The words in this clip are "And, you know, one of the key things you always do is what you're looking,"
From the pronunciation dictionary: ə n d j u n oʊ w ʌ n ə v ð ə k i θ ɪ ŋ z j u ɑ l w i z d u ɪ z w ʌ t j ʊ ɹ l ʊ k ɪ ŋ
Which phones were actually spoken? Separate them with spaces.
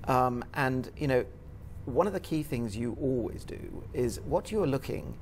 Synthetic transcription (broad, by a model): ə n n j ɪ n oʊ w ʌ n ə v ð ə k i θ ɪ ŋ z j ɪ ɑ l w i z d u ɪ z w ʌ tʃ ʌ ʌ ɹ l ʊ k ɪ ŋ